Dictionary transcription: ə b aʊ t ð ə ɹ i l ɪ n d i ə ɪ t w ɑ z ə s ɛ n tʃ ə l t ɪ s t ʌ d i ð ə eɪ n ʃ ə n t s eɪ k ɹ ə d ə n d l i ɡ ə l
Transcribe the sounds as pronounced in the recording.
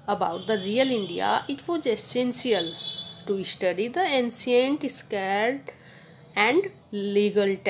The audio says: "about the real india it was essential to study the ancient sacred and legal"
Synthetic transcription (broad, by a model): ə b aʊ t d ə ɹ i l ɪ n d i ə ɪ t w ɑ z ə s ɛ n s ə l t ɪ s t ʌ d i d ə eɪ n s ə n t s k ə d ə n d l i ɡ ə l